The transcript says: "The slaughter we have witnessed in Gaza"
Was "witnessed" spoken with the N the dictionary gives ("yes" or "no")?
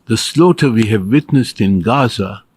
yes